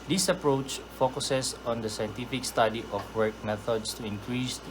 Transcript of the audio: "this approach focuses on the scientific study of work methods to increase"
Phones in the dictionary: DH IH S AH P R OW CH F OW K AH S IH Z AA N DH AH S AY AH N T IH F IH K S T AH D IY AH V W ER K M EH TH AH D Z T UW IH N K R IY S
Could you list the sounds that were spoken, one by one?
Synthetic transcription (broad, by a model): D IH S AH P R OW CH F OW K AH S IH S AA N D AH S AY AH N T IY F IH K S T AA D IY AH F W ER K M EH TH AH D S T UW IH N K R IY S